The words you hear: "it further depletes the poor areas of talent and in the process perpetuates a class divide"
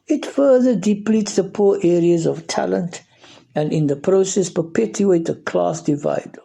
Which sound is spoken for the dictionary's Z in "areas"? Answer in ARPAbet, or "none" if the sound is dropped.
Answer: Z